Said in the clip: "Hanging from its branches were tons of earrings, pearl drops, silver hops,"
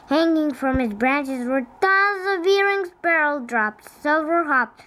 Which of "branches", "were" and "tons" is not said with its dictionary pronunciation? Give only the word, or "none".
tons